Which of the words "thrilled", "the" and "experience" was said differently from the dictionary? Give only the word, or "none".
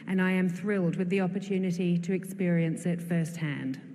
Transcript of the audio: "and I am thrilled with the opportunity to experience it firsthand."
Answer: none